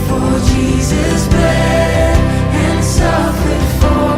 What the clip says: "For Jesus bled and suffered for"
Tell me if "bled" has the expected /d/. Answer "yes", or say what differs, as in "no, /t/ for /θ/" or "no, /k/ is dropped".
no, /d/ is dropped